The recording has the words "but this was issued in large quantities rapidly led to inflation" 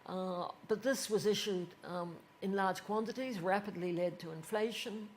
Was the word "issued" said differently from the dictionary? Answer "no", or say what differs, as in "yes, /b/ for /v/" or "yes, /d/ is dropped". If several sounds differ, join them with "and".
no